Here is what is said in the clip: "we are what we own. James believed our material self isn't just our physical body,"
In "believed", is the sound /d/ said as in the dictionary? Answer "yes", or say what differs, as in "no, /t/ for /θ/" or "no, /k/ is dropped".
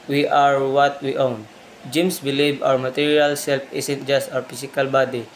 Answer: no, /d/ is dropped